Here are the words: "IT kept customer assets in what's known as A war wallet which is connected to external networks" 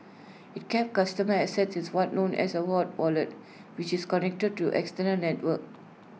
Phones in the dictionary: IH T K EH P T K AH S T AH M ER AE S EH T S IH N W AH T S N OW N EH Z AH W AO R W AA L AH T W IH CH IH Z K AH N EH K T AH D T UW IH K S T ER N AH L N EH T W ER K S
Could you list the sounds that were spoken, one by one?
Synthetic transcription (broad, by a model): IH T K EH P K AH S T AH M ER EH S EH T S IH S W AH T N OW N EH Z AH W AO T W AA L AH T W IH CH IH S K AH N EH K T AH D T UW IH K S T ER N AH L N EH T W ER K